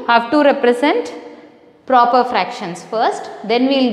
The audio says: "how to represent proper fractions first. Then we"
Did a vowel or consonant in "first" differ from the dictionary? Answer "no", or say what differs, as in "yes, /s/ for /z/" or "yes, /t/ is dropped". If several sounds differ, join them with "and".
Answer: no